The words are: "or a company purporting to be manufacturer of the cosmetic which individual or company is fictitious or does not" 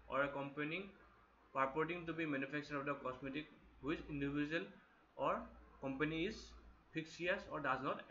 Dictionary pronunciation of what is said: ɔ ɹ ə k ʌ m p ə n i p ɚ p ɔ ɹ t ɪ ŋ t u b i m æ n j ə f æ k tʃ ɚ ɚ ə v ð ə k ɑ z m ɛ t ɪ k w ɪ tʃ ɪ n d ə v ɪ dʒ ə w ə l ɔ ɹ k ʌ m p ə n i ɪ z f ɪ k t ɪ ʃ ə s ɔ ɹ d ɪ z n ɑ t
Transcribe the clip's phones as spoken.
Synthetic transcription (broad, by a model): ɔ ɹ ə k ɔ m p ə n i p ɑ p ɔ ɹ t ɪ ŋ t u b i m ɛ n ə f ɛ k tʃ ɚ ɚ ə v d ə k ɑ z m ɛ t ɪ k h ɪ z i n d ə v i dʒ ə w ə l ɔ ɹ k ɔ m p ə n i ɪ z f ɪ k s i ə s ɔ ɹ d ɪ z n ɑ t